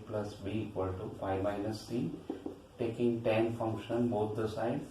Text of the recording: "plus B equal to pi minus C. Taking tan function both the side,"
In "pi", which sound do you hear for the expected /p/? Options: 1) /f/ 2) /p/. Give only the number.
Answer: 1